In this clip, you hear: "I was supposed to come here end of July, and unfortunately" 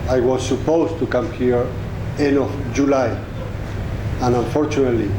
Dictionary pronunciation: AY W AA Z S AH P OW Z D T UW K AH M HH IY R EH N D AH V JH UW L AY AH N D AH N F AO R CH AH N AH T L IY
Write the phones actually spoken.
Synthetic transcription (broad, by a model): AY W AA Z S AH P OW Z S T UW K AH M HH IY R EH N AH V JH UW L AY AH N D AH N F AO R CH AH N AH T L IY